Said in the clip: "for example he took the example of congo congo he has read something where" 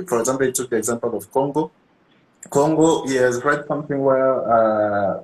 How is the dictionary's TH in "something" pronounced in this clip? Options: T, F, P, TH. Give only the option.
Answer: TH